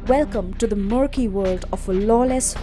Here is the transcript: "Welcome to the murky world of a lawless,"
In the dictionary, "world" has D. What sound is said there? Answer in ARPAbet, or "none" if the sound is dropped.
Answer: D